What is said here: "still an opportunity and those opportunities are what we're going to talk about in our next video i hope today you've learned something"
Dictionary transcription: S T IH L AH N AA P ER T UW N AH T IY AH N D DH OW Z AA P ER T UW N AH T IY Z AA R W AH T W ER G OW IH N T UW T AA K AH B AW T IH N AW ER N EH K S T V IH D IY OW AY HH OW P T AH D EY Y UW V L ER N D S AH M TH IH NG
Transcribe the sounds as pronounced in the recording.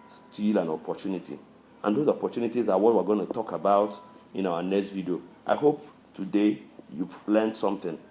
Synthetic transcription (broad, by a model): S T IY L AH N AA P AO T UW N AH T IY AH N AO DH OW AA P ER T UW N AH T IY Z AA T W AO T W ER G OW IH N T UW T AA K AH B AW T IH N AW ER N EH K S T V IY D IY OW AY HH OW P T AH D EY Y UW V L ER N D S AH M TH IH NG